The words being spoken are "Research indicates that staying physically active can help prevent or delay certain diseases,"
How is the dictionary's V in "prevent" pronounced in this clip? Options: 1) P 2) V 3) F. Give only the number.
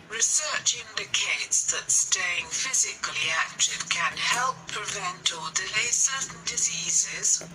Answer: 2